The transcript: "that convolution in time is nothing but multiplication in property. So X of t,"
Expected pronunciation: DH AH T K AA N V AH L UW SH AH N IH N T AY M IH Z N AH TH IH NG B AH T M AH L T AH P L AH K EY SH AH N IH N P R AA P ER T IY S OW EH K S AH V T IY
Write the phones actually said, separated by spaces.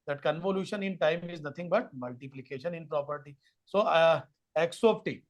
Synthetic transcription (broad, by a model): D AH T K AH N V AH L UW SH AH N IH N T AY M IH Z N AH T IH NG B AH T M AH L T AH P L AH K EY SH AH N IH N P R AA P ER T IY S OW EH K S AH P T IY